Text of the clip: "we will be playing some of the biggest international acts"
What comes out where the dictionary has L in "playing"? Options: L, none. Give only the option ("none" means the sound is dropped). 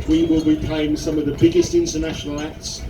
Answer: none